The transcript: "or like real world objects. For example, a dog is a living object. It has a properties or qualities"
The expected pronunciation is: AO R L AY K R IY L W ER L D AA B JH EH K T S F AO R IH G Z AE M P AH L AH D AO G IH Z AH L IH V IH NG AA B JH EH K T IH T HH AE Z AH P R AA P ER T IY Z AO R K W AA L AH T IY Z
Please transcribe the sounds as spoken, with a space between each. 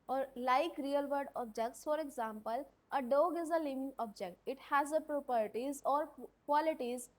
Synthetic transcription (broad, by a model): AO R L AY K R IY L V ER D AA B JH EH K T S F AO R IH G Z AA M P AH L AH D AO G IH Z AH L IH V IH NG AA B JH EH K T IH T HH AE Z AH P R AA P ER T IY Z AO R K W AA L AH T IY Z